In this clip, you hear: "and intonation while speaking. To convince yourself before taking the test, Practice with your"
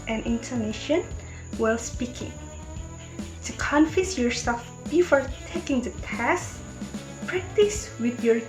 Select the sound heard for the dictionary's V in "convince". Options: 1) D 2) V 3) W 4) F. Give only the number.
4